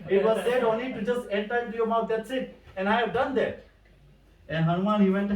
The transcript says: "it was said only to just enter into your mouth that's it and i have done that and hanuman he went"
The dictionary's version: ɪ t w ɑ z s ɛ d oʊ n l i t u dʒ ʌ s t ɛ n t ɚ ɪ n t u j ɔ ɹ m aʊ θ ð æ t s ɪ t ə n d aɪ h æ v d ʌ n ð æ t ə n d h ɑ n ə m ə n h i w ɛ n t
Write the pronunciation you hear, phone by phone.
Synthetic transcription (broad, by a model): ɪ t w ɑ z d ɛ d oʊ n l i t u dʒ ʌ s t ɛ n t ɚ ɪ t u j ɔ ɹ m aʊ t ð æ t s ɪ t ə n aɪ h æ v d ʌ n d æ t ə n h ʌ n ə m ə n h i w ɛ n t